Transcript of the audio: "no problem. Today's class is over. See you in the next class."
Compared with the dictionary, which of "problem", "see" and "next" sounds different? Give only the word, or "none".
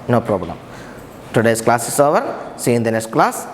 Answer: next